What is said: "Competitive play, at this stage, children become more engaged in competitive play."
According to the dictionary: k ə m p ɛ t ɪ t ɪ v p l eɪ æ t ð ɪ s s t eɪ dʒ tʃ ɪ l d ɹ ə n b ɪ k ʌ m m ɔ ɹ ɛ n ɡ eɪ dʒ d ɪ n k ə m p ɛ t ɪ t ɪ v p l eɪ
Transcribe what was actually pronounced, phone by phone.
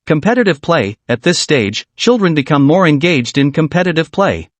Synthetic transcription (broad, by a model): k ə m p ɛ t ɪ t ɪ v p l eɪ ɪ t ð ɪ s s t eɪ dʒ tʃ ɪ l d ɹ ə n b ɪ k ʌ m m ɔ ɹ ɛ n ɡ eɪ dʒ d ɪ n k ə m p ɛ t ɪ t ɪ v p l eɪ